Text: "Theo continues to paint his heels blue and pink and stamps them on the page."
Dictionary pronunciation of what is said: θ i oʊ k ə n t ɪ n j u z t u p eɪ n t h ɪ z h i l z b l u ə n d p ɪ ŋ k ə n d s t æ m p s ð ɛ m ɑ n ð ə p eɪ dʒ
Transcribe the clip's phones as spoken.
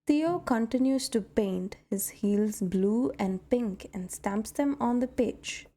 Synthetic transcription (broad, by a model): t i oʊ k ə n t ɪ n j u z t u p eɪ n t h ɪ z h i l z b l u ə n d p ɪ ŋ k ə n d s t æ m p s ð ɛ m ɑ n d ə p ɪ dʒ